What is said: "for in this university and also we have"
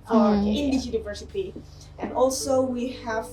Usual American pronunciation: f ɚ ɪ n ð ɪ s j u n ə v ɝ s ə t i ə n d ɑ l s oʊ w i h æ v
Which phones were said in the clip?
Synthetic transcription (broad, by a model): ɪ n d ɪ j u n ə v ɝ s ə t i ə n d ɑ l s oʊ w i h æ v